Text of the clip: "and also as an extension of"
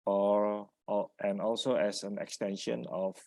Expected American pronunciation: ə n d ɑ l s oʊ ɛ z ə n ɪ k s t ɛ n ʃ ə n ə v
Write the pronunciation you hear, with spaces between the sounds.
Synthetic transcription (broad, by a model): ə n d ɑ l s oʊ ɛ s ə n ɪ k s t ɛ n ʃ ə n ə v